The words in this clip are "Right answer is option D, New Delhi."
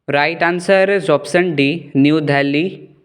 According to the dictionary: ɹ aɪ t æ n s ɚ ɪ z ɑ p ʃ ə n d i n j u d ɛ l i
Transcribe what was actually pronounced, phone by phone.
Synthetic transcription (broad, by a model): ɹ aɪ t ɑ n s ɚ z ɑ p s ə n d i n j u d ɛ l i